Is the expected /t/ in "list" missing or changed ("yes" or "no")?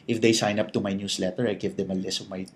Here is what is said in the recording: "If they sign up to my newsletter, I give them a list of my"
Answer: yes